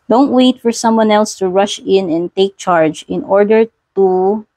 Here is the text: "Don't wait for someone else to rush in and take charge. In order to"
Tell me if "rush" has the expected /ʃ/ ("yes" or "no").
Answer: yes